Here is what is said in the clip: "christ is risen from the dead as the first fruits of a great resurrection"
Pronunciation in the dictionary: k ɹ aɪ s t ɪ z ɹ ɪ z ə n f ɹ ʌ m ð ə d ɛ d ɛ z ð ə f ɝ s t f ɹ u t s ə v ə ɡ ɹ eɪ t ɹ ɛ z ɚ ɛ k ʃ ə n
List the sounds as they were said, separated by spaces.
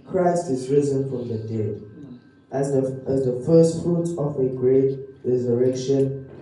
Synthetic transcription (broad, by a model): k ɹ aɪ s t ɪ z ɹ ɪ z ə n f ɹ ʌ m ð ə d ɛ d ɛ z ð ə f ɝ s t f ɹ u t ə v ə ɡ ɹ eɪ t ɹ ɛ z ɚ ɛ k ʃ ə n